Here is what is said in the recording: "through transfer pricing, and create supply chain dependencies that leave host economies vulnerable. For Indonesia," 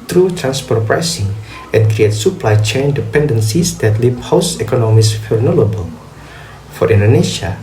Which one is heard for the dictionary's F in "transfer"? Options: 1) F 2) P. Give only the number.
2